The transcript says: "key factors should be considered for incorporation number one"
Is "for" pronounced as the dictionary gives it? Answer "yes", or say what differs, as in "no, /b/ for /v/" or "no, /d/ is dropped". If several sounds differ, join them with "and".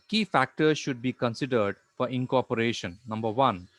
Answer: yes